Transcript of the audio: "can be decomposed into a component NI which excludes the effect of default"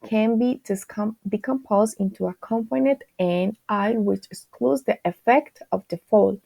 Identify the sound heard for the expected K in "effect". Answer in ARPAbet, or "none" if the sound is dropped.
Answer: K